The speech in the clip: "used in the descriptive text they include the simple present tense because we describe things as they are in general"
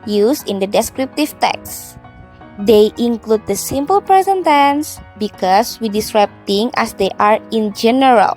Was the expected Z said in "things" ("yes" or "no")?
no